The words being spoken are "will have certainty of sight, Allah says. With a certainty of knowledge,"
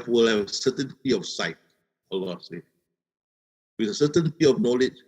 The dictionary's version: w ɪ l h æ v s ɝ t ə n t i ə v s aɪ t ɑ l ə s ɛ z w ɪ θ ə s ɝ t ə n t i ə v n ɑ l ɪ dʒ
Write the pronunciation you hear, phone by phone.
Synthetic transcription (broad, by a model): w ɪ l h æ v s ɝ t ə n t i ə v s aɪ t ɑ l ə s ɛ w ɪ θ ə s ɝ t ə n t i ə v n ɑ l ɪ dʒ